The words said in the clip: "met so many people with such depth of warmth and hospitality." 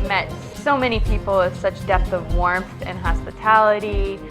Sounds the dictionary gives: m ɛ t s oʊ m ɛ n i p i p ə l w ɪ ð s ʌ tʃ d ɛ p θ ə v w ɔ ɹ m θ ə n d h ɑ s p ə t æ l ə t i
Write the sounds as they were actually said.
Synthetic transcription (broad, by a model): m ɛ t s oʊ m ɛ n i p i p l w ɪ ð s ʌ tʃ d ɛ p θ ə v w ɔ ɹ m θ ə n h ɑ s p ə t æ l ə t i